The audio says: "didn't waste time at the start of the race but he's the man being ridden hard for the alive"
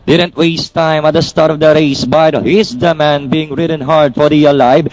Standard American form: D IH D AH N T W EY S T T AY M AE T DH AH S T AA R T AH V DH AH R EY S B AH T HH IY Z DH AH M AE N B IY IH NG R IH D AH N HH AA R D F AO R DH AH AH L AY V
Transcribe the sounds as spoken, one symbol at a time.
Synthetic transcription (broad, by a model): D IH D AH N T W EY S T T AY M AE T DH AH S T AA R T AH V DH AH R EY S B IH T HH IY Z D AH M AE N B IY IH NG R IH D AH N HH AA R D F AO R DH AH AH L AY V